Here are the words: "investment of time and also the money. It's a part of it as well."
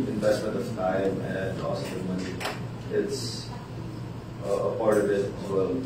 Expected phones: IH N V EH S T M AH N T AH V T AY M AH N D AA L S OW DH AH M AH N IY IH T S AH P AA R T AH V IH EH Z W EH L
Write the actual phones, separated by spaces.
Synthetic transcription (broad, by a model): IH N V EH S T M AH N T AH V T AY M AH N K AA S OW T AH M AH N IY IH T S AH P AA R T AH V IH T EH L